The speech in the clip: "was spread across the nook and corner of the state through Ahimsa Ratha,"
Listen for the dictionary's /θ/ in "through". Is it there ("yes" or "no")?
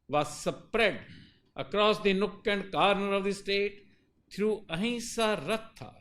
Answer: no